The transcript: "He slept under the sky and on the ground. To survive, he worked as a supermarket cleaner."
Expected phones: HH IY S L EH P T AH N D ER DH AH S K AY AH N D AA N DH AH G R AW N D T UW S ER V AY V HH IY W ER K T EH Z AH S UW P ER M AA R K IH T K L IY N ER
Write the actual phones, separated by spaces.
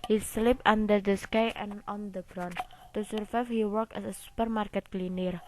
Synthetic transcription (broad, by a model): HH IY S L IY P AA N D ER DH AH S K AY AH N AA N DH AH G R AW N T UW S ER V AY F HH IY W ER K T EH S AH S UW P ER M AA R K IH T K L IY N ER